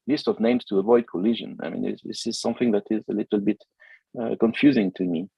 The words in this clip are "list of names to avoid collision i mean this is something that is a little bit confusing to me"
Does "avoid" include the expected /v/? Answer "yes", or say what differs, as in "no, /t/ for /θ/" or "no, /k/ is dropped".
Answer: yes